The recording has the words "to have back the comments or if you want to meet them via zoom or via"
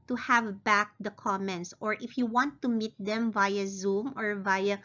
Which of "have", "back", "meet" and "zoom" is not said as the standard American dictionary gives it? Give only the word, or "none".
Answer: none